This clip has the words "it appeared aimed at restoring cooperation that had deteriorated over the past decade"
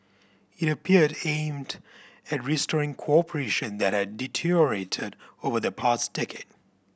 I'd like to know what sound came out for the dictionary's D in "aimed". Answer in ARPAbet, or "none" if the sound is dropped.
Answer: D